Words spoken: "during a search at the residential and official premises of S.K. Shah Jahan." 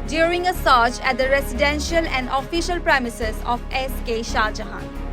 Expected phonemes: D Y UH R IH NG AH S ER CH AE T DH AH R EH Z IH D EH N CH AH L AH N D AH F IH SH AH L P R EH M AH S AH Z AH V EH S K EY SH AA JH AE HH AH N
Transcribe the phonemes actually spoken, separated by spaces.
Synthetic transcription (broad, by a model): D Y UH R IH NG AH S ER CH AE T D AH R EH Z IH D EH N SH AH L AH N D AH F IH SH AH L P R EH M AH S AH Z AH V EH S K EY SH AA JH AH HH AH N